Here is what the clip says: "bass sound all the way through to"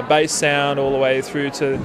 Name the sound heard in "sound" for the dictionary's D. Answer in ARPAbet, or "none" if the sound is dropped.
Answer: D